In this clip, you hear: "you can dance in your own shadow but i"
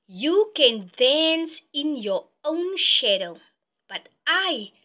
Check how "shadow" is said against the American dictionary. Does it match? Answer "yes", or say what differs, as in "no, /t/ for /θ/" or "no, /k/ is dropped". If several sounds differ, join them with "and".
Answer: yes